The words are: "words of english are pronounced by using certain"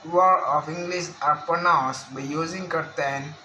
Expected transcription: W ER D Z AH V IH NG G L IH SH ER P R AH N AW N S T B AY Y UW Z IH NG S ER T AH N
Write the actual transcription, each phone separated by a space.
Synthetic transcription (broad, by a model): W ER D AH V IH NG G L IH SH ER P AH N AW S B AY Y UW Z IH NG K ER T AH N